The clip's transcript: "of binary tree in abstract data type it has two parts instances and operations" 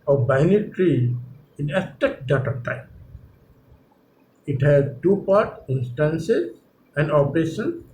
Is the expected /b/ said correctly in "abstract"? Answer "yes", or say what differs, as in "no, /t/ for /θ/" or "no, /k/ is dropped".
no, /b/ is dropped